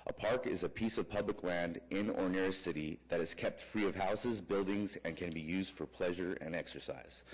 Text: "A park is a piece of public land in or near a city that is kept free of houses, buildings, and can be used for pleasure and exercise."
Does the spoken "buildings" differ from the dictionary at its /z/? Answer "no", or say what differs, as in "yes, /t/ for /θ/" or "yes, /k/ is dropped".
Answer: no